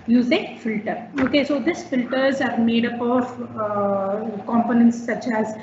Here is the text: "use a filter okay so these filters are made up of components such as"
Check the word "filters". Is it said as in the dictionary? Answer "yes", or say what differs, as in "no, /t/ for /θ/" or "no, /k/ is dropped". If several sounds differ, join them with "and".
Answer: yes